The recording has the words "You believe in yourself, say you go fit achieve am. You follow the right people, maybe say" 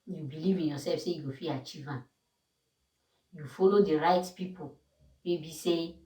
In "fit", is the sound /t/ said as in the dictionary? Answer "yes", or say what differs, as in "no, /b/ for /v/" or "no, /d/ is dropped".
no, /t/ is dropped